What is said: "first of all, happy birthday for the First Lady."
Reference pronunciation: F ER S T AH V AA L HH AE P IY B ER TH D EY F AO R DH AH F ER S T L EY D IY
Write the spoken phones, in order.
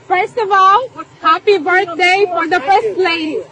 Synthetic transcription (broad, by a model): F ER S T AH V AA L HH AE P IY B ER T D EY F AO R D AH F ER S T L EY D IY